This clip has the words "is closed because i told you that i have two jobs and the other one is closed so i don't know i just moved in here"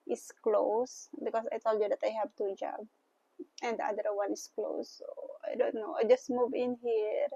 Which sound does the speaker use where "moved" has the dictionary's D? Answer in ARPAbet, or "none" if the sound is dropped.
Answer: none